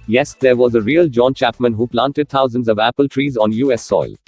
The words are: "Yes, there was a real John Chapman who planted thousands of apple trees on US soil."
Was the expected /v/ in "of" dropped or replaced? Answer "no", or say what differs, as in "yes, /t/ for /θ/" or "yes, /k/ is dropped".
no